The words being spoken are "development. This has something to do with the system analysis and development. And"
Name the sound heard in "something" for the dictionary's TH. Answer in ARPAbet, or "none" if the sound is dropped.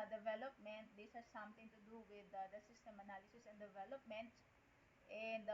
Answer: T